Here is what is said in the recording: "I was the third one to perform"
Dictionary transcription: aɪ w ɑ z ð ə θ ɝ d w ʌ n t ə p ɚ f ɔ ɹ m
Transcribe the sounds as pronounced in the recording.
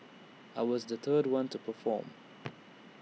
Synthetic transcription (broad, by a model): aɪ w ɑ z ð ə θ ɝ d w ʌ n t ə p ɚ f ɔ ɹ m